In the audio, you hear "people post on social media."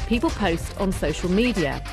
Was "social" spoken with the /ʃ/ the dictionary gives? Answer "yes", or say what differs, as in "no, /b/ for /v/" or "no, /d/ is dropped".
yes